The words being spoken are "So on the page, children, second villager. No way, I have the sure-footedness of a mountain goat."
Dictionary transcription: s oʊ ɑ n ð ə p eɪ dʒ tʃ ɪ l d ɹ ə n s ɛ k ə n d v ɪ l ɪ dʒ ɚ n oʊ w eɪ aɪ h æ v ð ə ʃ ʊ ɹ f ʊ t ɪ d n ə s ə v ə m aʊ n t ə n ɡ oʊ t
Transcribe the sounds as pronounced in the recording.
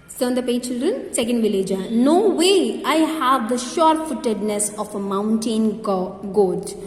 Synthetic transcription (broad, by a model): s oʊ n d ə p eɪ tʃ ɪ l d ɹ ə n s ɛ k ə n d v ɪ l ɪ dʒ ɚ n oʊ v eɪ aɪ h æ v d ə ʃ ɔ ɹ f ʊ t ɪ d n ə s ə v ə m aʊ n t ə n ɡ oʊ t